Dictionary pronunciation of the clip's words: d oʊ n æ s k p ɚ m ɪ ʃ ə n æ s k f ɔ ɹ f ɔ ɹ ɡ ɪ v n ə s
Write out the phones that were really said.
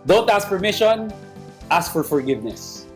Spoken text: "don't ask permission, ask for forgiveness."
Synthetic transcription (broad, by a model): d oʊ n æ s k f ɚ m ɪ ʃ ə n æ s k f ɔ ɹ f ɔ ɹ ɡ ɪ v n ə s